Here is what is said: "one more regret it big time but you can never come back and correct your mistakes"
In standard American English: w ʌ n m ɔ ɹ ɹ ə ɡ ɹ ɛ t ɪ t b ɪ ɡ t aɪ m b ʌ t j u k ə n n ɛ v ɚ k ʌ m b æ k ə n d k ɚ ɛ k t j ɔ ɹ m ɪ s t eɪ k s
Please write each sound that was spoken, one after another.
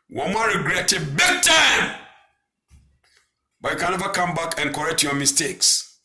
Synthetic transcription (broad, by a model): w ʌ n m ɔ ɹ ɹ ə ɡ ɹ ɛ t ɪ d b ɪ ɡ t aɪ m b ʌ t j u k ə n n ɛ v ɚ k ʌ m b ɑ k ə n k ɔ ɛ k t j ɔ m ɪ s t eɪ k s